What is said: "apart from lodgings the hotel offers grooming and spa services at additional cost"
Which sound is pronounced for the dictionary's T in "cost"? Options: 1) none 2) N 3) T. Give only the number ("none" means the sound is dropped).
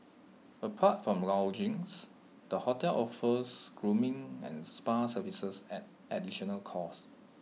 1